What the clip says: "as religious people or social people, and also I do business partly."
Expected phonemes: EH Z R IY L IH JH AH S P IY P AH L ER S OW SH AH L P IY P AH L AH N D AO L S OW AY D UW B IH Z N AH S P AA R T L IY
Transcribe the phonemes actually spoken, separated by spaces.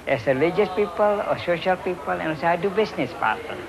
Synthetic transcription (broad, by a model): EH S R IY L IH JH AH S P IY P AH L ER S OW SH AH L P IY P AH L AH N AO S AY D UW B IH S N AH S P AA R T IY